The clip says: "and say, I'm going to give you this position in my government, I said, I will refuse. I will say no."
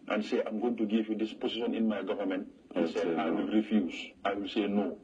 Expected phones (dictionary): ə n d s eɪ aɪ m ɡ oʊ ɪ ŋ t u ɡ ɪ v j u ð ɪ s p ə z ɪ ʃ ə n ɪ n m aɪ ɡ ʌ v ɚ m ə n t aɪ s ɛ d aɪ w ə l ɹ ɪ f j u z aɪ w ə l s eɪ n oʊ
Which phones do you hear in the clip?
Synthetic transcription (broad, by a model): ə n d s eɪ aɪ m ɡ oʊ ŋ t u ɡ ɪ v j u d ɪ s p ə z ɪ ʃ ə n ɪ n m aɪ ɡ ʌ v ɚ m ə n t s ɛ aɪ w ə l ɹ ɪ f j u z aɪ w ə l s eɪ n oʊ